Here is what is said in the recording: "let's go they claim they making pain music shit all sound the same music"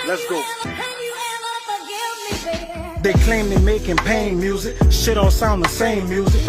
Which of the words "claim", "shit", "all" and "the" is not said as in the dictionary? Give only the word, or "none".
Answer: none